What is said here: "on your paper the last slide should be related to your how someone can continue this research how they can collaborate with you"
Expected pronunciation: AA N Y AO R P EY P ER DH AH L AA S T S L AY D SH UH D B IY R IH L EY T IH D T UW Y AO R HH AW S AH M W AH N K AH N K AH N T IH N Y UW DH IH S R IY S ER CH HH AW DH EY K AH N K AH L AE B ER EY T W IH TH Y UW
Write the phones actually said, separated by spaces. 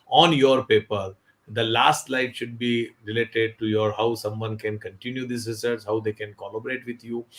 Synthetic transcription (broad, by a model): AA N Y AO R P EY P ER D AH L AA S T L AY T SH UH D B IY R IH L EY T IH D T UW Y AO R HH AW S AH M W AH N K AH N K AH N T IH N Y UW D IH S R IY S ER S HH AW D EY K AH N K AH L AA B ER EY T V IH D Y UW